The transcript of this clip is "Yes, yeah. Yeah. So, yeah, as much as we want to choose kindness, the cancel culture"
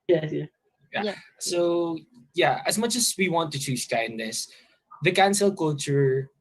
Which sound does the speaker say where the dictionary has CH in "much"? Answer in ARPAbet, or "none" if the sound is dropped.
CH